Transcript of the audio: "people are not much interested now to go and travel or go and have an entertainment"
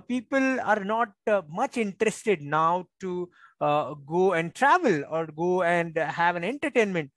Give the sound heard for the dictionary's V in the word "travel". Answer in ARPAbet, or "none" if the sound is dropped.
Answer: V